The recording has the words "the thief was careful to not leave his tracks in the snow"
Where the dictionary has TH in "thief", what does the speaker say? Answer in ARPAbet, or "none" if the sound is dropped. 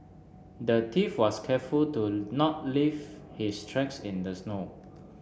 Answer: T